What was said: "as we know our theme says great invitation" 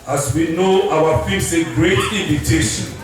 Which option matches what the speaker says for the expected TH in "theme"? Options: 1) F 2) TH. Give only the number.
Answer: 1